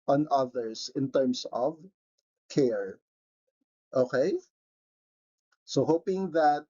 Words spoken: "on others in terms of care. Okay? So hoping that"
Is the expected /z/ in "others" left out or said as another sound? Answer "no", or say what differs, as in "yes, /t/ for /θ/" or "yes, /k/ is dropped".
yes, /s/ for /z/